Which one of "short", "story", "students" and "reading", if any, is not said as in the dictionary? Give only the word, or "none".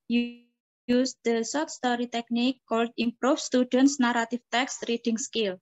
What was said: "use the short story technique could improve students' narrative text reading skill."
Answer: short